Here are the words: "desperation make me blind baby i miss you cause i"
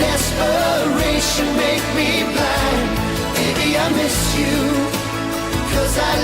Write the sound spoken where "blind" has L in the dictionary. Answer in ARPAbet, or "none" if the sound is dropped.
none